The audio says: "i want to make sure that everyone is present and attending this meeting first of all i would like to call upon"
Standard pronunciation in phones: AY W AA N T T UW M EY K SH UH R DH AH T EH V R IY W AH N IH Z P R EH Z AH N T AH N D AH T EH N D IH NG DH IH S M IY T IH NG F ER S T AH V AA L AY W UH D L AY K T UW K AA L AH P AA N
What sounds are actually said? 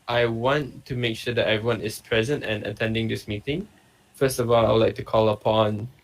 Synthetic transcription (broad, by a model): AY W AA N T T UW M EY K SH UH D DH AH T EH V R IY W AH N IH S P R EH Z AH N T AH N AH T EH N D IH NG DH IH S M IY T IH NG F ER S T AH V AA L AY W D L AY K T UW K AA L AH P AA N